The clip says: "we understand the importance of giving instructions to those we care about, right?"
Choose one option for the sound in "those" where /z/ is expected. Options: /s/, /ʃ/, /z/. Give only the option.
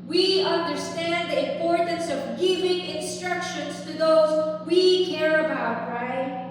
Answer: /z/